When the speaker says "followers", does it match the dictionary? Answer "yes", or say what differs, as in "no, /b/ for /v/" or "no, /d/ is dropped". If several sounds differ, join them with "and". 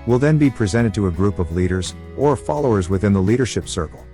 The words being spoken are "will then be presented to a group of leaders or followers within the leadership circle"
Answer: yes